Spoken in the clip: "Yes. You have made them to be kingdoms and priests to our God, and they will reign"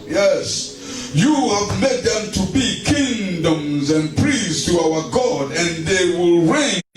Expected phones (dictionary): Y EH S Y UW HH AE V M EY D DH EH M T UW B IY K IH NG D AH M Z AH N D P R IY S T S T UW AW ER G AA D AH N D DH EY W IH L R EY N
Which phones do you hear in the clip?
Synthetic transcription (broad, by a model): Y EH S Y UW HH AE V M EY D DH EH M T UW B IY K IH NG D AH M Z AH N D P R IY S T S T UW AW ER G AA D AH N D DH EY W IH L R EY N